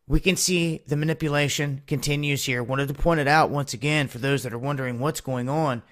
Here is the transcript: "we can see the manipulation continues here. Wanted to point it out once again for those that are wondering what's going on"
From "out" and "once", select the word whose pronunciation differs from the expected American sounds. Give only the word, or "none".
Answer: none